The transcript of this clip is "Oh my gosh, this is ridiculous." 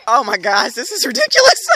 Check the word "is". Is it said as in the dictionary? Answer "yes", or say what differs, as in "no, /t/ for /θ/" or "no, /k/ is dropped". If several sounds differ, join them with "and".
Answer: yes